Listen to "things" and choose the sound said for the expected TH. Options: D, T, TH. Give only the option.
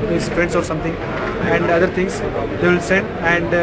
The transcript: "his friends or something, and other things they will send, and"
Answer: T